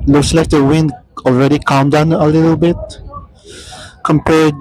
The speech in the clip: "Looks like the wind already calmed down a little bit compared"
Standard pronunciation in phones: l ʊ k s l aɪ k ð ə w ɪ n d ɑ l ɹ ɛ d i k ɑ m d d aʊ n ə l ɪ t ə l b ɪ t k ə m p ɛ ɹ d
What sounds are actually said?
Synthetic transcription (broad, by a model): l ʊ k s l aɪ k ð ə w ɪ n d ɑ l ɹ ɛ d i k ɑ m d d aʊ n ə l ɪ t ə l b ɪ t k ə m p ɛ ɹ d